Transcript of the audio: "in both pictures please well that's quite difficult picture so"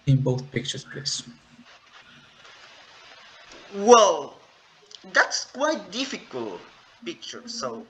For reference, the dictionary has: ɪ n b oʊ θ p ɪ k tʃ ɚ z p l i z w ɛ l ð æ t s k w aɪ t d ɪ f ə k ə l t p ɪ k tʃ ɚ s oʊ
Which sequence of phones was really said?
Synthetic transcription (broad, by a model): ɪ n b oʊ θ p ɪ k tʃ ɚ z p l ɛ s w ɛ l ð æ t s k w aɪ t d ɪ f ə k ə l t p ɪ k tʃ ɚ s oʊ